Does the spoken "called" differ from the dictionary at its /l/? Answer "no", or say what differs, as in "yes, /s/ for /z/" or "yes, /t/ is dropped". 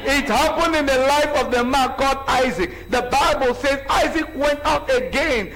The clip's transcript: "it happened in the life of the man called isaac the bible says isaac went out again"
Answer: yes, /l/ is dropped